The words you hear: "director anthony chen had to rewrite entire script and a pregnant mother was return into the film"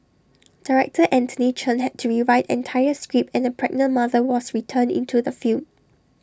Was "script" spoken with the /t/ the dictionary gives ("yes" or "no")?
no